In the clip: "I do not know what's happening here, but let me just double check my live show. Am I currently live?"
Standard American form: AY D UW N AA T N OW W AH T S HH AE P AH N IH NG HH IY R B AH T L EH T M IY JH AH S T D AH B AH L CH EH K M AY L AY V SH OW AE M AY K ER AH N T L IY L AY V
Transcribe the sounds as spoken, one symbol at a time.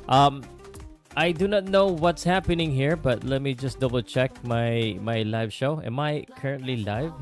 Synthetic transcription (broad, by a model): AY D UW N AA T N OW W AH T S HH AE P AH N IH NG HH IY R B AH T L EH T M IY JH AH S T D AH B AH L CH EH K M AY L AY V SH OW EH M AY K ER AH N T L IY L AY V